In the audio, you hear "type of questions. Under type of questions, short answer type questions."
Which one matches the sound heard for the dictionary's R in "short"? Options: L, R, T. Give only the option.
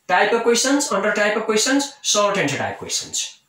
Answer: L